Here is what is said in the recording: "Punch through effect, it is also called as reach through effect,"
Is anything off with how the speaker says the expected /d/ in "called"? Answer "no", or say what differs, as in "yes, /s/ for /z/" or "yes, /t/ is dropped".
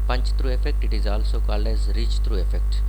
yes, /d/ is dropped